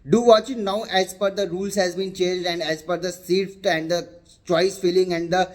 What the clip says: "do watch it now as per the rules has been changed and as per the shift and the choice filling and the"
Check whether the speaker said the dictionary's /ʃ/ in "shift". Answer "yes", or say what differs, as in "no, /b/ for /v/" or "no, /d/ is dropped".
no, /s/ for /ʃ/